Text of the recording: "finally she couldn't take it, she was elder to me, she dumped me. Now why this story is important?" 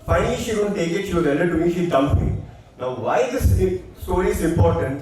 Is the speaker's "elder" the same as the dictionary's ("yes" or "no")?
no